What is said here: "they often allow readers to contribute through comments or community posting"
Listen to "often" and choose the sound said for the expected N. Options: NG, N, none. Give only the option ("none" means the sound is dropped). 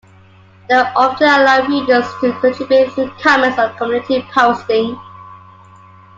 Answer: none